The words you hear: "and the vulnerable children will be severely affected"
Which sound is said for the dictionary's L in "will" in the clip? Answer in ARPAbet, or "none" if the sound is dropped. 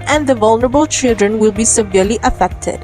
L